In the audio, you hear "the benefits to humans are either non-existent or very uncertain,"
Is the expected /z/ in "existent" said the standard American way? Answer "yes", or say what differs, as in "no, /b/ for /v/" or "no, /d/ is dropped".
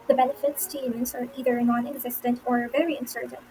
yes